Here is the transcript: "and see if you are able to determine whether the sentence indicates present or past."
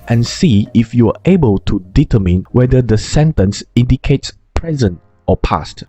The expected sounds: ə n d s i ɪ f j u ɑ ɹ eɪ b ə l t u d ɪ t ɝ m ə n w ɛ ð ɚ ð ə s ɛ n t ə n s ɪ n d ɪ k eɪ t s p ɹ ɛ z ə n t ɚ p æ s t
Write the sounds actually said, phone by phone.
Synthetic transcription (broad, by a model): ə n s i ɪ f j u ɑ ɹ eɪ b ə l t u d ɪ t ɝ m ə n w ɛ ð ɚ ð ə s ɛ n t ə n s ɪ n d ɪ k eɪ t s p ɹ ɛ z ə n t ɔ p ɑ s t